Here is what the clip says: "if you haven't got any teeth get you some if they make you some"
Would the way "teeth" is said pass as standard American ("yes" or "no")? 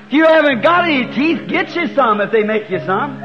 yes